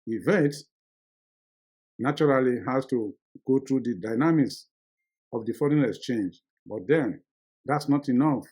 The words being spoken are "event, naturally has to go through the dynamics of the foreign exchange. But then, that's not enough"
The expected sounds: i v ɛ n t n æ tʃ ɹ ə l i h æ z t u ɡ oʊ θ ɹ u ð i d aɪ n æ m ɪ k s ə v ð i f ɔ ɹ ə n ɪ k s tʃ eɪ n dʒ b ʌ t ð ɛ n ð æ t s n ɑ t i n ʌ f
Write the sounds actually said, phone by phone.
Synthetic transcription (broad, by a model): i v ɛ n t n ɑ tʃ ɹ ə l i h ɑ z t u ɡ oʊ t ɹ u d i d aɪ n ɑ m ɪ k s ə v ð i f ɔ ɹ ə n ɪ s tʃ eɪ n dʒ b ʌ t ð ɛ n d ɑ t s n ɑ t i n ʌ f